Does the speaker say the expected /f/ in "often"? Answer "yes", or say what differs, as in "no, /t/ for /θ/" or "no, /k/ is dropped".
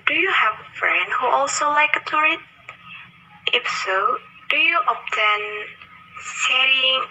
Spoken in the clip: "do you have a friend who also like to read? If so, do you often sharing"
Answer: no, /p/ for /f/